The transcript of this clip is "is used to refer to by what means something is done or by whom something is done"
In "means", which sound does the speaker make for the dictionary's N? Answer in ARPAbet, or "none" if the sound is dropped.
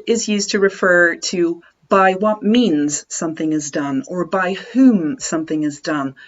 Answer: N